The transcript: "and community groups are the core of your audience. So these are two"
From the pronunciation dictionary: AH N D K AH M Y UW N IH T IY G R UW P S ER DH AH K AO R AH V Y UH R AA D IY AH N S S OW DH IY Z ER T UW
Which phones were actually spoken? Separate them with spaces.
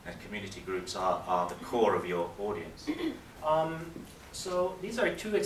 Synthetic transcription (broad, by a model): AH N K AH M Y UW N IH T IY G R UW P S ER DH AH K AO R AH V Y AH R AA D IY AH N S S OW DH IY Z ER T UW